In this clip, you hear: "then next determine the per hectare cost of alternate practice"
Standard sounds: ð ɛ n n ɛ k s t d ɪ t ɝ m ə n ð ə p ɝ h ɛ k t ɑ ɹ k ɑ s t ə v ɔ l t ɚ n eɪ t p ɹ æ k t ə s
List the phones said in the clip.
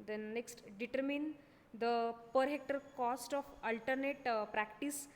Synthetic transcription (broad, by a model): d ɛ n n ɛ k s t d ɪ t ɝ m ə n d ə p ɝ h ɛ k t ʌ ɹ k ɑ s t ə f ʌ l t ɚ n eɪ t p ɹ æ k t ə s